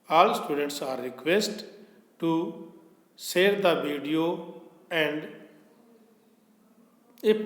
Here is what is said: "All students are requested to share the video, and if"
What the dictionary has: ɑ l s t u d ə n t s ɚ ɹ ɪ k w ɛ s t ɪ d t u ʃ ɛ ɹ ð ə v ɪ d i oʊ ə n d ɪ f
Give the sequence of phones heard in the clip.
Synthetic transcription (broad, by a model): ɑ l s t u d ə n t s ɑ ɹ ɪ k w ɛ s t t u s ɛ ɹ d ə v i d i oʊ ə n d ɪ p